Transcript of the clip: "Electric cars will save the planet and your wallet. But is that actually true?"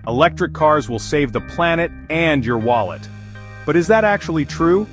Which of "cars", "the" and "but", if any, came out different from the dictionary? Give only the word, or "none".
none